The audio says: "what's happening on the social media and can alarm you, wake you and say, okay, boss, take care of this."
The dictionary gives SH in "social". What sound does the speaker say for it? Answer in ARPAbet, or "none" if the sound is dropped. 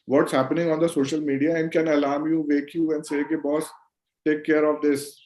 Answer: SH